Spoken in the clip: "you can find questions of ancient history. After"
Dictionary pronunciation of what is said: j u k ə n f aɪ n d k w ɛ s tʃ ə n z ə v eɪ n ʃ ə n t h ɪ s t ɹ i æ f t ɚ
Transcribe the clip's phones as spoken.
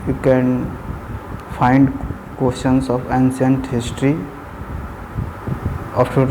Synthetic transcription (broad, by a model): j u k ə n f aɪ n d k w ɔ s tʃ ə n s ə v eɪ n s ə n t h ɪ s t ɹ i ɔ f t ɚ